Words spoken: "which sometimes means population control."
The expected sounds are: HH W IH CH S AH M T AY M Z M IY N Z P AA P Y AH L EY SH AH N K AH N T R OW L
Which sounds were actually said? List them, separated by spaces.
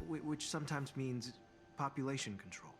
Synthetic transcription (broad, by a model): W W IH CH S AH M T AY M Z M IY N Z P AA P Y AH L EY SH AH N K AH N T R OW L